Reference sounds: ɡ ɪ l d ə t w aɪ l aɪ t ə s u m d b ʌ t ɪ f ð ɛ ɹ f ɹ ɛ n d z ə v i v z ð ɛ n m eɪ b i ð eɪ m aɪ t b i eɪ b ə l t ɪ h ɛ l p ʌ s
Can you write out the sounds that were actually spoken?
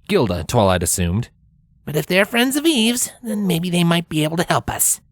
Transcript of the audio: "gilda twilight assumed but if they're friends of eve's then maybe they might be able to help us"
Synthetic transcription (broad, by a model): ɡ ɪ l d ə t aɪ l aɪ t ə s u m d b ʌ t ɪ f ð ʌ ɹ f ɹ ɛ n d z ə v i v z ð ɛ n m eɪ b i ð eɪ m aɪ t b i eɪ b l t ɪ h ɛ l p ʌ s